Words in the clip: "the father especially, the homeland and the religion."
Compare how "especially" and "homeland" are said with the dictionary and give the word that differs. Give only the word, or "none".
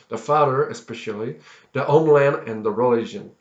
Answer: homeland